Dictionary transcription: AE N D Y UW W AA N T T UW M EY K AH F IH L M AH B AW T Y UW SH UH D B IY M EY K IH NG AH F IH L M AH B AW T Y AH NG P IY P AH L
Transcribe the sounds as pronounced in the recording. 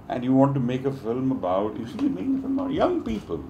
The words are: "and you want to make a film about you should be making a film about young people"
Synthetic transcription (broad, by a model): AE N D Y UW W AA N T T UW M EY K AH F IH L M AH B AW T Y UW S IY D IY M EY K IH NG AH F IH L M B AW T Y AH NG P IY P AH L